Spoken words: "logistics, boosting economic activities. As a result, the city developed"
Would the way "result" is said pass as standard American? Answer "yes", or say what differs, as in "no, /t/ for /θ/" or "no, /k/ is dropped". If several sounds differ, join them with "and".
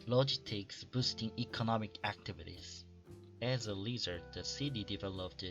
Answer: no, /l/ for /ɹ/